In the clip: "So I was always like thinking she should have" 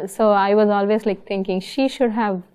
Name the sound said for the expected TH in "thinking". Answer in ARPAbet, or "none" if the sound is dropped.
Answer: T